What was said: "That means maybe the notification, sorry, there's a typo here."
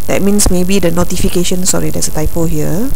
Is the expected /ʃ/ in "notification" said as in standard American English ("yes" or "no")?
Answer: yes